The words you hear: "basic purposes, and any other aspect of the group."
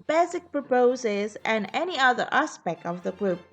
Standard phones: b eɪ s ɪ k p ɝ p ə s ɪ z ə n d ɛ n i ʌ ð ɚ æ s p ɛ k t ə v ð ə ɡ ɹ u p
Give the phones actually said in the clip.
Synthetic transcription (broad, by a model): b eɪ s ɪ k p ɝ p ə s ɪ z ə n ɛ n i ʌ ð ɚ æ s p ɛ k t ə v ð ə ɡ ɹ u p